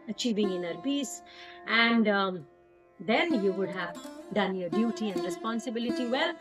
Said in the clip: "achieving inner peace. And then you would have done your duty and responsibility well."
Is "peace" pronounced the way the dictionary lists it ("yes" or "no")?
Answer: no